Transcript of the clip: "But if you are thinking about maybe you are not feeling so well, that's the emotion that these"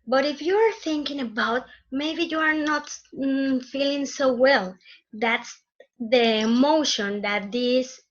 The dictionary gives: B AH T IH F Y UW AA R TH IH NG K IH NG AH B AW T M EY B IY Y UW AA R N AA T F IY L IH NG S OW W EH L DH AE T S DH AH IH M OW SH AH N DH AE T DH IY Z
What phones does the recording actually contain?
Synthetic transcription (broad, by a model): B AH T IH F Y UW AA R TH IH NG K IH NG AH B AW T M EY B IY Y UW AA R N AA T F IY L IH NG S OW W EH L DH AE T S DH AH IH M OW SH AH N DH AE T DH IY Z